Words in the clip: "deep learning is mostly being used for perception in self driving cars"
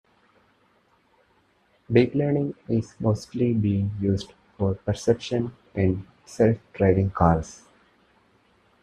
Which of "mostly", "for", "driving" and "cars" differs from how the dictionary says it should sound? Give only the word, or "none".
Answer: cars